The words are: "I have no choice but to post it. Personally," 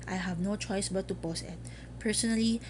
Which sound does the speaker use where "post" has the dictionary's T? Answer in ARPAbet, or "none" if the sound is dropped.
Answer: none